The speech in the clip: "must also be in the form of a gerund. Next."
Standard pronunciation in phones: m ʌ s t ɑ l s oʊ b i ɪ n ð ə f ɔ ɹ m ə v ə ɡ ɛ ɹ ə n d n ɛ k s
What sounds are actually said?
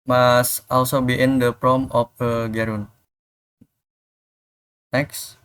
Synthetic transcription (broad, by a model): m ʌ s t ɑ l s oʊ b i ɪ n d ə p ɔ m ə f ə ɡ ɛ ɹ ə n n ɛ k s